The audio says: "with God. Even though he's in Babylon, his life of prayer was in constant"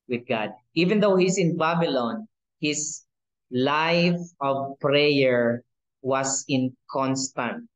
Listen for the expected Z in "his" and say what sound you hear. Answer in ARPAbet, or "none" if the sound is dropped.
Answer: S